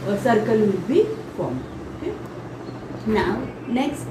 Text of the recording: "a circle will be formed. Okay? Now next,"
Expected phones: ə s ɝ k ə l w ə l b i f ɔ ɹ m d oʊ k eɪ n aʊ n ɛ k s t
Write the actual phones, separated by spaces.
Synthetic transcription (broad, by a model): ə s ɝ k ə l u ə b i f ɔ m oʊ k eɪ n aʊ n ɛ k s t